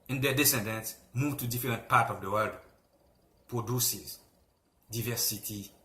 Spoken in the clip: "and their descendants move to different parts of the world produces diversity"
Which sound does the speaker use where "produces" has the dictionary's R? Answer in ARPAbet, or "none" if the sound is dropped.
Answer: R